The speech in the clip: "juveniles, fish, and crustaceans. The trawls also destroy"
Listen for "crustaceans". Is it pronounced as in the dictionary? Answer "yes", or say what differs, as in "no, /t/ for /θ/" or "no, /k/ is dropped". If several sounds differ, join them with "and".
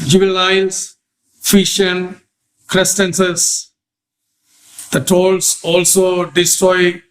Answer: no, /s/ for /ʃ/ and /n/ is dropped